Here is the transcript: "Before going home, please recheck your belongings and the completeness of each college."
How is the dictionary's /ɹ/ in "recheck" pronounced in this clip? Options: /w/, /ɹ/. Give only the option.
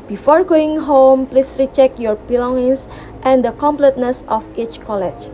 /ɹ/